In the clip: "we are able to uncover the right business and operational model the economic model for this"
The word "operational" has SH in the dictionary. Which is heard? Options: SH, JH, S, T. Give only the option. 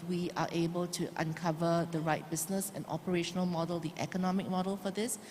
SH